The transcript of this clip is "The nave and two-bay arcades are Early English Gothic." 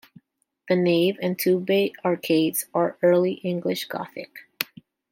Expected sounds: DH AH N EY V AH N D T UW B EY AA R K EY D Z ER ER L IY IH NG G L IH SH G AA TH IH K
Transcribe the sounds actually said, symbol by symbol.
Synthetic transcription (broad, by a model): DH AH N EY V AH N T UW B EY AA R K EY D Z ER ER L IY IH NG G L IH SH G AA TH IH K